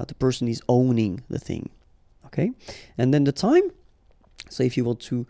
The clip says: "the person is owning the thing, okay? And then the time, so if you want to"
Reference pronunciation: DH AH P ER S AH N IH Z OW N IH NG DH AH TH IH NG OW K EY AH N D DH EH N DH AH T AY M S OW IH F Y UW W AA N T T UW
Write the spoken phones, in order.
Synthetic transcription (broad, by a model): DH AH P ER S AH N IH Z OW N IH NG DH AH TH IH NG OW K EY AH N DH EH N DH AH T AY M S OW IH F Y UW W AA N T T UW